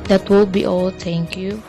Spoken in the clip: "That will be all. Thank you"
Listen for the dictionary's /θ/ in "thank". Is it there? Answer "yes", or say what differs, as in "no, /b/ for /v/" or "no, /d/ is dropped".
no, /t/ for /θ/